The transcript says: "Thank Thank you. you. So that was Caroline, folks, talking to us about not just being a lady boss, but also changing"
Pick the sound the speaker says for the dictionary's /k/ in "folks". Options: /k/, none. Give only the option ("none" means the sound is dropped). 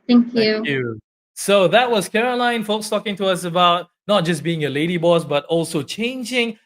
/k/